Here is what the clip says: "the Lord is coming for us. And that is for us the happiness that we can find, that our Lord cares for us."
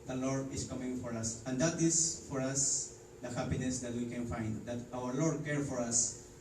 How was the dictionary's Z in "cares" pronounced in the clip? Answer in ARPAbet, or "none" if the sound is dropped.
none